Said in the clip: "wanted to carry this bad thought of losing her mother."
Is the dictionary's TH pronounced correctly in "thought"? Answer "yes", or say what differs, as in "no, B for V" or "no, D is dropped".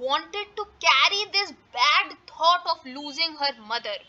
no, T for TH